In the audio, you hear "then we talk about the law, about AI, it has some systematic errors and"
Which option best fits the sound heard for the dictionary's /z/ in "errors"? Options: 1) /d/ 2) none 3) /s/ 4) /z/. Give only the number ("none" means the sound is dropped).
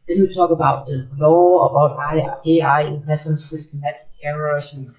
3